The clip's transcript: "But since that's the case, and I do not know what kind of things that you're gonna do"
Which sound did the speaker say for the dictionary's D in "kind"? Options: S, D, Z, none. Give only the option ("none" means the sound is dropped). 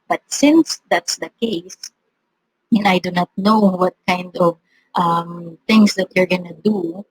D